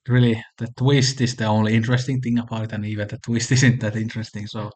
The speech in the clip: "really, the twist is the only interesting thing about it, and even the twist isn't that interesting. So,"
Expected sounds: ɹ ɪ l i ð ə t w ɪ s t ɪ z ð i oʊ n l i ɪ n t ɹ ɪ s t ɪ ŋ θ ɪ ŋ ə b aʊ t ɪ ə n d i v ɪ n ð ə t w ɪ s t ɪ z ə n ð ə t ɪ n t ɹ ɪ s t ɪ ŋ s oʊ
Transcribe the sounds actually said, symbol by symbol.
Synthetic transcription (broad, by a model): ɹ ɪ l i ð ə t w ɪ s t ɪ z ð i oʊ n l i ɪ n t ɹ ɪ s t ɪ ŋ θ ɪ ŋ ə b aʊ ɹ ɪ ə n i v ɪ n ð ə t w ɪ s t ɪ z ə n ð ə t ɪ n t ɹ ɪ s t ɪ ŋ s oʊ